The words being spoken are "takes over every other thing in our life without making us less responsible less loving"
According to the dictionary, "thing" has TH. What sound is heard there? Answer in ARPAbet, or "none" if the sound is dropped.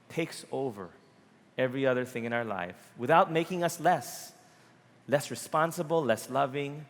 TH